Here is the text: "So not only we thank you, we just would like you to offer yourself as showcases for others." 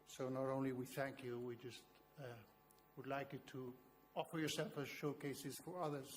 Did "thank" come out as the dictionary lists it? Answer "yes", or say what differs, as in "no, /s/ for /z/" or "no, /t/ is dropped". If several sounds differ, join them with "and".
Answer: yes